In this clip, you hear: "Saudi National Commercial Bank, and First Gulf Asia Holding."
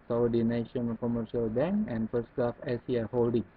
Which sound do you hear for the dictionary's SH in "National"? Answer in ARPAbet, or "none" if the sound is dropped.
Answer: none